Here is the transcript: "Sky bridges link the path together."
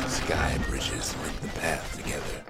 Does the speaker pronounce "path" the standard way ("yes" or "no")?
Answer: yes